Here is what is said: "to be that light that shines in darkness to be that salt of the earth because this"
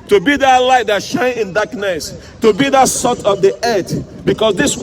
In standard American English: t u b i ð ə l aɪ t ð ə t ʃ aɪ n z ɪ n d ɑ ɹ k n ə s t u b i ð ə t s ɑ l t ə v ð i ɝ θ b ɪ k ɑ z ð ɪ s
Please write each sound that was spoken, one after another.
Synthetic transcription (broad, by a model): t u b i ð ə l aɪ t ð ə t ʃ aɪ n ɪ n d ɑ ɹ k n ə s t u b i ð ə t s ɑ t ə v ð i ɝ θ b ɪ k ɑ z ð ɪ s